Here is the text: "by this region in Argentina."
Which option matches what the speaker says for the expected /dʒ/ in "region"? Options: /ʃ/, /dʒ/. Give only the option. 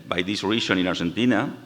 /ʃ/